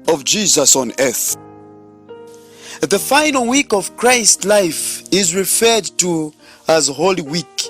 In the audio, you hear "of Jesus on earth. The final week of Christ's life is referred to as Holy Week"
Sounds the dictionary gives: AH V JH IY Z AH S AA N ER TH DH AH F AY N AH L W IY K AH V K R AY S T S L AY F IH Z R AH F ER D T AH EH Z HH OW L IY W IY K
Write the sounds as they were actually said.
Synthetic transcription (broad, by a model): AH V JH IY Z AH S AA N ER TH DH AH F AY N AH L W IY K AH V K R AY S T L AY F IH Z R AH F ER D T AH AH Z HH OW L IY W IY K